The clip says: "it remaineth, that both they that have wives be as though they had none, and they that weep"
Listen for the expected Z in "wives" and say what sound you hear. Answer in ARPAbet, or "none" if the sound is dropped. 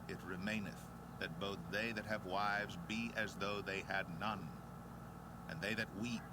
Z